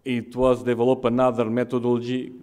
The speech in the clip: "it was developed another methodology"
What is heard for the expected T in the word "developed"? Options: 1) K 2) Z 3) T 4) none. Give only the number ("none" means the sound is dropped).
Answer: 4